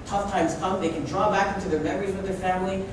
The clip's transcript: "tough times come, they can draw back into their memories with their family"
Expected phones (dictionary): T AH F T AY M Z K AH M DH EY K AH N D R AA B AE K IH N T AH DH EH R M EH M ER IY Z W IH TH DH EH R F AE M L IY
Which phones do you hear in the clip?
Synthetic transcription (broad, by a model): T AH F T AY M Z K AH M DH EY K AH N D R AA B AE K IH N T AH DH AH R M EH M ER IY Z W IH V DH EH R F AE M L IY